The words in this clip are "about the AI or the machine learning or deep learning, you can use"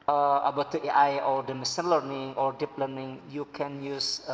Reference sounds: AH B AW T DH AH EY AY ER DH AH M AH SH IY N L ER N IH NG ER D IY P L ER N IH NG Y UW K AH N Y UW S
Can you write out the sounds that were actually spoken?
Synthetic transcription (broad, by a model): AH B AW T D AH EY AY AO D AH M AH S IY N L ER N IH NG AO D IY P L ER N IH NG Y UW K AH N Y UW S